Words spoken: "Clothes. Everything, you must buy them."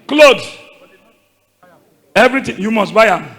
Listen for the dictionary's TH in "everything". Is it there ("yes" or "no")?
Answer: no